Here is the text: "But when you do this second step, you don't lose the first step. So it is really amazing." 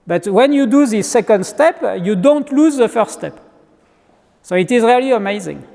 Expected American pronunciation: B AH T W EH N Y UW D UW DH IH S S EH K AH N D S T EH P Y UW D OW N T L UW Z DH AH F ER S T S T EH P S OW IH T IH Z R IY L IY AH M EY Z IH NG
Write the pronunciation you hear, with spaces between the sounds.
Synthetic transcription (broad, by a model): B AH T W EH N Y UW D UW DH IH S S EH K AH N D S T EH P Y UW D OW N T L UW Z DH AH F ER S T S T EH P S OW IH T IH Z R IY L IY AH M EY Z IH NG